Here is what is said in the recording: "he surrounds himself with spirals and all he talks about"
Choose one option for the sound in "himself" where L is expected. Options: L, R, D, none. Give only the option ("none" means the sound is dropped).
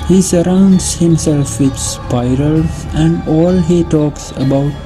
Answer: L